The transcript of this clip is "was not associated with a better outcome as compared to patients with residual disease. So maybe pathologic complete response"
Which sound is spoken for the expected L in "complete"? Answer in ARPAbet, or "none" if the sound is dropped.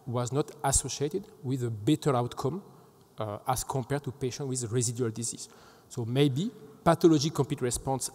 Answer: none